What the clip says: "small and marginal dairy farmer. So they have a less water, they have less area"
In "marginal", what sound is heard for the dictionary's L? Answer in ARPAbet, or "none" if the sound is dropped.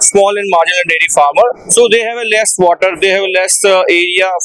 N